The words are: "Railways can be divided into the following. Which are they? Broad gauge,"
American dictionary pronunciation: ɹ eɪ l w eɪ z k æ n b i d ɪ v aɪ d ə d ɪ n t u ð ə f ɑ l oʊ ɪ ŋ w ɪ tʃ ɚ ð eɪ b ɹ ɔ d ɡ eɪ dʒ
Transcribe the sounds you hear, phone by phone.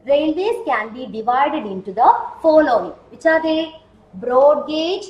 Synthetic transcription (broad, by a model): ɹ eɪ l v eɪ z k æ n b i d ɪ v aɪ d ə d ɪ n t u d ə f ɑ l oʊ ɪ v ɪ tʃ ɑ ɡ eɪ b ɹ ɔ d ɡ eɪ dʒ